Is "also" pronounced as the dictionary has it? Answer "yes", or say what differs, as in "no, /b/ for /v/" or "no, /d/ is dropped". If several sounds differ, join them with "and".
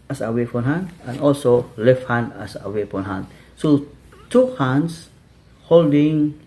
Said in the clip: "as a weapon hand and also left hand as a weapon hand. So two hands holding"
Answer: yes